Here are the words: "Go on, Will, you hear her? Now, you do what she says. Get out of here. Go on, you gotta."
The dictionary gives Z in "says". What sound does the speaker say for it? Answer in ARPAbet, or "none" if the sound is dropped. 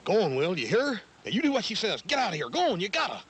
Z